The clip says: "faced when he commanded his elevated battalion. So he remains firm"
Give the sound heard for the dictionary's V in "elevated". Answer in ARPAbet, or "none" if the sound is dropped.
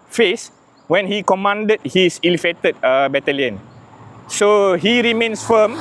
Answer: F